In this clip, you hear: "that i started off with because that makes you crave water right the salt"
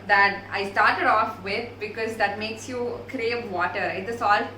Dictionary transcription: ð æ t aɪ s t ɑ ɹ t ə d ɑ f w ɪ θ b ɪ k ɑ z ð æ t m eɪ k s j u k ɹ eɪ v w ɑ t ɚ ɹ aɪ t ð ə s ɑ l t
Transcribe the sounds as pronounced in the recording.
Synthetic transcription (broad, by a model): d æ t aɪ s t ɑ ɹ t ə d ɑ f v ɪ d b ɪ k ɑ z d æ t m eɪ k s j u k ɹ eɪ v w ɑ t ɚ ɹ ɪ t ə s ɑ l